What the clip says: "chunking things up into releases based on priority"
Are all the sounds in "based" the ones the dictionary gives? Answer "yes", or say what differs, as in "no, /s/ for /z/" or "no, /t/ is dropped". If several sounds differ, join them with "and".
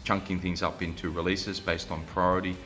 yes